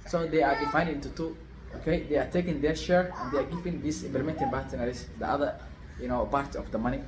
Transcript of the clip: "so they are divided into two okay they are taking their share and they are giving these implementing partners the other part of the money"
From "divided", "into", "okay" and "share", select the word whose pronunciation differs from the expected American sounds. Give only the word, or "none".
divided